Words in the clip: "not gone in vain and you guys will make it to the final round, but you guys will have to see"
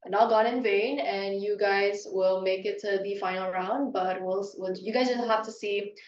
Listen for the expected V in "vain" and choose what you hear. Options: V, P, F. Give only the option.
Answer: V